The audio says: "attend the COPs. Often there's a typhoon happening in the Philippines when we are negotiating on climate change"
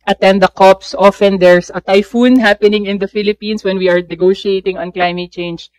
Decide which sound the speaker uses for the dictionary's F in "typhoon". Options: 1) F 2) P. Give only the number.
1